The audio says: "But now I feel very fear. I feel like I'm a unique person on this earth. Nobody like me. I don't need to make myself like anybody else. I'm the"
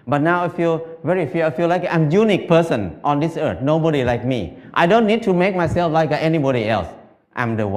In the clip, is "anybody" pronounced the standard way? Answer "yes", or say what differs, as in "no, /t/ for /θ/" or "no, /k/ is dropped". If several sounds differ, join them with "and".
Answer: yes